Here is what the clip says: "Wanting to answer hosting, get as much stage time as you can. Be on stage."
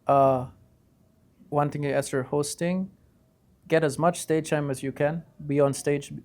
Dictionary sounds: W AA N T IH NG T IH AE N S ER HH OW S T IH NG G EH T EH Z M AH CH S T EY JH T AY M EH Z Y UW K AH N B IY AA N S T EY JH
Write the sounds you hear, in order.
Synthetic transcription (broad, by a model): W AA N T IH NG T IH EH S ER HH OW S T IH NG G EH T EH Z M AH CH S T EY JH T AY M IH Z Y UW K AH N B IY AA N S T EY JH